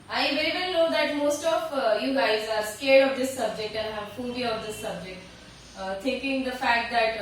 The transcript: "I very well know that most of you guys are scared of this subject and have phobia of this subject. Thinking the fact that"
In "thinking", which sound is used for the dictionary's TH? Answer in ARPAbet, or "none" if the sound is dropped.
T